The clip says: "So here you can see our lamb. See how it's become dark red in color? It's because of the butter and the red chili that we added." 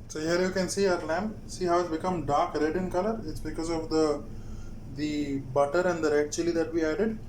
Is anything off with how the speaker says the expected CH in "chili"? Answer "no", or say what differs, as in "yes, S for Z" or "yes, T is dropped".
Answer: no